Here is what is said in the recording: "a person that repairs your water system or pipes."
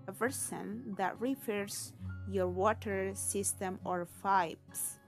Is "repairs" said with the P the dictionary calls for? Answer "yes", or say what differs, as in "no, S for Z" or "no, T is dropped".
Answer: no, F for P